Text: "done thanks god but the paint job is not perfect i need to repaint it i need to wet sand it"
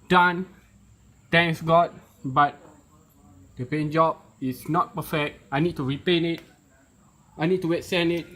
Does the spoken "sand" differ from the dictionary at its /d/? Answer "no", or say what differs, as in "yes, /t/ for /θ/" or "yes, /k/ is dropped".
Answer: yes, /d/ is dropped